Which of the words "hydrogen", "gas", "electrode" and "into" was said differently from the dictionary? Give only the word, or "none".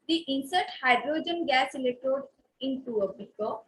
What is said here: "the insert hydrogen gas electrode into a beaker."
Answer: electrode